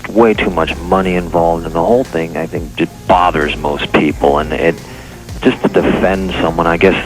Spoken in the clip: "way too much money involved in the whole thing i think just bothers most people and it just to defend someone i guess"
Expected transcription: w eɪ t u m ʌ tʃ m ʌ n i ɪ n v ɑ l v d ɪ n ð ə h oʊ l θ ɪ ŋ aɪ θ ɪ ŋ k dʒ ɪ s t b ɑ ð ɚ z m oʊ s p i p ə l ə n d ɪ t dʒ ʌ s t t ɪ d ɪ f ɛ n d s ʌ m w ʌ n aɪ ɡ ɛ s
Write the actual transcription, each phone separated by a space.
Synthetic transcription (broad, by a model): w eɪ t u m ʌ tʃ m ʌ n i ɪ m v ɑ l v d ɪ n ð ə h oʊ l θ ɪ ŋ aɪ θ ɪ ŋ k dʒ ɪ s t b ɑ ð ɚ z m oʊ s p i p l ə n ɪ t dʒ ʌ s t t ɪ d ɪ f ɛ n d s ʌ m w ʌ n aɪ ɡ ɛ s